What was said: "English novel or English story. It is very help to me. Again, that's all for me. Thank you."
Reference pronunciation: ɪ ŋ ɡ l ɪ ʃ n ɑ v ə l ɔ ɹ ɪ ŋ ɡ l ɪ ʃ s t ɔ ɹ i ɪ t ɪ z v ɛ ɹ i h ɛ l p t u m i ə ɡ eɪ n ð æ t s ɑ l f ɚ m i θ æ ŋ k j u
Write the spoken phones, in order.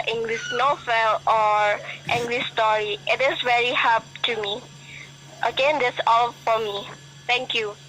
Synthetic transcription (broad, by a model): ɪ ŋ ɡ l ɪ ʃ n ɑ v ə l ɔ ɹ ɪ ŋ ɡ l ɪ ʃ s t ɔ ɹ i ɪ t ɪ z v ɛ ɹ i h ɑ p t u m i ə ɡ eɪ n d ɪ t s ɑ l f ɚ m i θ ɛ ŋ k j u